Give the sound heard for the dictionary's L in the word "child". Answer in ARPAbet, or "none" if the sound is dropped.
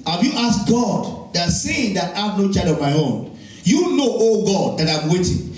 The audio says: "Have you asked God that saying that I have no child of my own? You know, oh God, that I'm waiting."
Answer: none